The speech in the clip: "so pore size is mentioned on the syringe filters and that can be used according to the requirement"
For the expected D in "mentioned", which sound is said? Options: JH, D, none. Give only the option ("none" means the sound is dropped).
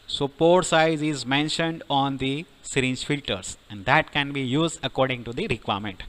D